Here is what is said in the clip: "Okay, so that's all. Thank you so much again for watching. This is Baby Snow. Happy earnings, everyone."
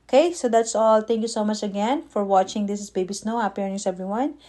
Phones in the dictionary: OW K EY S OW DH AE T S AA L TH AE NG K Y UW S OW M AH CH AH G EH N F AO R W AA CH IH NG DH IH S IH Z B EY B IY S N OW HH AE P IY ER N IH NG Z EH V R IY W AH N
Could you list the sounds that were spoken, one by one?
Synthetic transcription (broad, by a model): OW K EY S OW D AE T S AA L T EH NG K Y UW S OW M AH CH AH G EH N F AO R W AA CH IH NG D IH S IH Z B EY B IY S N OW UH IY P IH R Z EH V R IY W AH N